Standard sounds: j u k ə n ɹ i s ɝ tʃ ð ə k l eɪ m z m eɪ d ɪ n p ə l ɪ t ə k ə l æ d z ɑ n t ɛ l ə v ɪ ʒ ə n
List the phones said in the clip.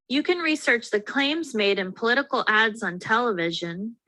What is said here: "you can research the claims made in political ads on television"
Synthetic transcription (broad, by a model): j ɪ k ə n ɹ i s ɝ tʃ ð ə k l eɪ m z m eɪ d ɪ n p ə l ɪ t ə k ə l æ d z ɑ n t ɛ l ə v ɪ ʒ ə n